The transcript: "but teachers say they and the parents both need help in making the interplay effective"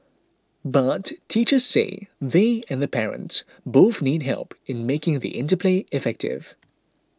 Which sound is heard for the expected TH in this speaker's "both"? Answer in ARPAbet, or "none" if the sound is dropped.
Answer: TH